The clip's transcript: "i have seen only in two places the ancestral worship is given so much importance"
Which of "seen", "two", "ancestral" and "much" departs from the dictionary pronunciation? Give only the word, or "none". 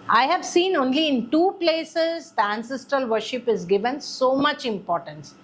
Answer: none